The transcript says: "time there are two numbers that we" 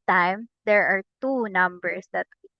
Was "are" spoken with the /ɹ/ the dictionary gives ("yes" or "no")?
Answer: yes